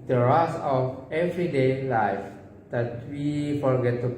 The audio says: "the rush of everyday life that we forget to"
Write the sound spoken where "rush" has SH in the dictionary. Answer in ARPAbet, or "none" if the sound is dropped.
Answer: S